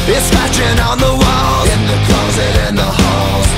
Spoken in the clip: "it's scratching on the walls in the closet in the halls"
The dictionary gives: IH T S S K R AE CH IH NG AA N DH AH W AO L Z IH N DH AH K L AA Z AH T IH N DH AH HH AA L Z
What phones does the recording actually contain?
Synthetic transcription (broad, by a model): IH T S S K AE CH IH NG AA N DH AH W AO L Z IH N DH AH K L AA Z AH T IH N DH AH HH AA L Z